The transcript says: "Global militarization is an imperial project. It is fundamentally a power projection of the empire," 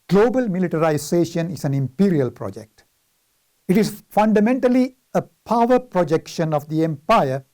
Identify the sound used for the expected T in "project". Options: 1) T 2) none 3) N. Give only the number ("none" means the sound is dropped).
1